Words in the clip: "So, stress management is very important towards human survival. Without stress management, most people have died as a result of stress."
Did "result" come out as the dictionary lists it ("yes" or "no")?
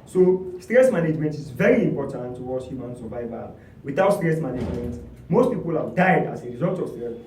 yes